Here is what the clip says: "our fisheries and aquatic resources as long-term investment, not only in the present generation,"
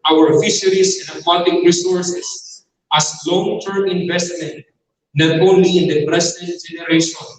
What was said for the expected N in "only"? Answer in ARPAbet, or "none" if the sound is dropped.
none